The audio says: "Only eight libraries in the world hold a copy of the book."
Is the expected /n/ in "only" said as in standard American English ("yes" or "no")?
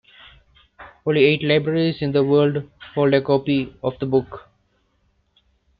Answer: no